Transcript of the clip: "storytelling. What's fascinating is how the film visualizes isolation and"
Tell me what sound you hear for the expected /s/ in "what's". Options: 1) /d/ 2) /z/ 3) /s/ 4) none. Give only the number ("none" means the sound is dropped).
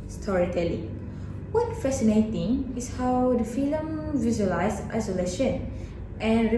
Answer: 4